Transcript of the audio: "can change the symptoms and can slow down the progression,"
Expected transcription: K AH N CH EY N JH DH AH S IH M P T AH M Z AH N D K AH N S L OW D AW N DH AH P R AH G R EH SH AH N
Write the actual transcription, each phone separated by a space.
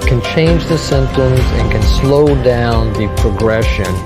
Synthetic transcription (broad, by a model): K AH N CH EY N JH DH AH S IH M P T AH M Z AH N K AH N S L OW D AW N DH AH P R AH G R EH SH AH N